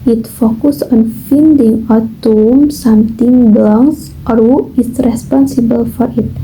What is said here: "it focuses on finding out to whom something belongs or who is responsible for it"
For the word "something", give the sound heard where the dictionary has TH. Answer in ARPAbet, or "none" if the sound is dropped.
T